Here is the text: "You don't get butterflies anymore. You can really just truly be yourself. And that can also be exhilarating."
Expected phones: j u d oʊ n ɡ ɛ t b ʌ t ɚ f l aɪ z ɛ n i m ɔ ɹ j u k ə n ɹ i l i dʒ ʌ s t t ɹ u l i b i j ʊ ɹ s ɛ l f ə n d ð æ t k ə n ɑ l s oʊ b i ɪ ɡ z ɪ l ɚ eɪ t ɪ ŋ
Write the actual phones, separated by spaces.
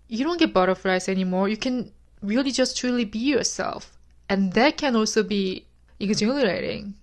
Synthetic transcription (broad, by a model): j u d oʊ n ɡ ɛ t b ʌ t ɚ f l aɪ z ɛ n i m ɔ ɹ j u k ə n ɹ i l i dʒ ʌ s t t ɹ u l i b i j ʊ ɹ s ɛ l f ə n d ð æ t k ə n ɑ l s oʊ b i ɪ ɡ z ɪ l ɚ eɪ t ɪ ŋ